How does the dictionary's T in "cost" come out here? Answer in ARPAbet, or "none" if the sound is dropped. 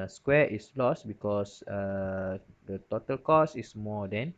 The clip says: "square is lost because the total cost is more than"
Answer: none